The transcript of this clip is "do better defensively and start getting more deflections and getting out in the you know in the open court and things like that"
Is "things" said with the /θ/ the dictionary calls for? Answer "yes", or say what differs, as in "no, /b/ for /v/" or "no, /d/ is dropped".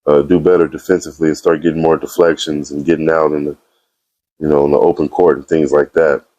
yes